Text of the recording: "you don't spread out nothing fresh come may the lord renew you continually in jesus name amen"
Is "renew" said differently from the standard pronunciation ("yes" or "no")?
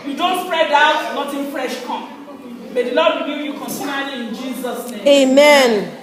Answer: yes